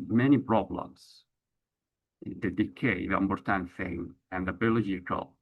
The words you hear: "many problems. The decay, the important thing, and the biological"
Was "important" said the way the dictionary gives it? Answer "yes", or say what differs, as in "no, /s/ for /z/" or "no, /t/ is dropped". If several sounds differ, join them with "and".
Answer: no, /b/ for /p/